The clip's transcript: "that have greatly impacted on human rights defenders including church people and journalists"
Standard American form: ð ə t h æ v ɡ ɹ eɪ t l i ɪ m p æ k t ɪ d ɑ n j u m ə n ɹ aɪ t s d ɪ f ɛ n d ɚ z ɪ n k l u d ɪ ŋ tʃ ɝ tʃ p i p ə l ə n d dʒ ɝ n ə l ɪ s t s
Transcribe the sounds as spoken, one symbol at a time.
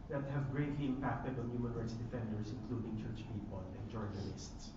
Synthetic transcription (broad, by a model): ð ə t h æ v ɡ ɹ eɪ t l i ɪ m p æ k t ɪ d ɑ n j u m ə n ɹ aɪ t s d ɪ f ɛ n d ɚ s ɪ n k l u d ɪ ŋ tʃ ɝ tʃ p i p ə l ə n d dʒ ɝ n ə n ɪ s t s